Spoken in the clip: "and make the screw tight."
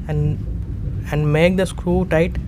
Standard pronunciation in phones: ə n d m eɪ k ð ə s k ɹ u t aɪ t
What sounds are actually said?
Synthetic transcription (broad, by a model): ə n d m eɪ k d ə s k ɹ u t aɪ t